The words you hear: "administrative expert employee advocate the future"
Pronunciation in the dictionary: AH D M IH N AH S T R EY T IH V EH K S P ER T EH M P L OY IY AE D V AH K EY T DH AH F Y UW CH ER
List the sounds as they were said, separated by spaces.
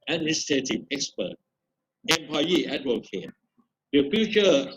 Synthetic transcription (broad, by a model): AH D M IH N S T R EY T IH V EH K S P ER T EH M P AA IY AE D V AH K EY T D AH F Y UW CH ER